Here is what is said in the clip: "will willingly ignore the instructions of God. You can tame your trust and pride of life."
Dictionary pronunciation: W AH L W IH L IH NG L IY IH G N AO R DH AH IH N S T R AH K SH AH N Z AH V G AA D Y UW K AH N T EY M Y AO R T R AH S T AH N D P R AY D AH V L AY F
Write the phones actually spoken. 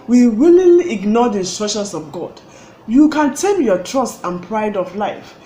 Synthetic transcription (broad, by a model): W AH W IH L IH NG L IY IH G N AO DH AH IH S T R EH SH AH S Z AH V G AA D Y UW K AH N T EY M Y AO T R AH S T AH N P R AY D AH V L AY F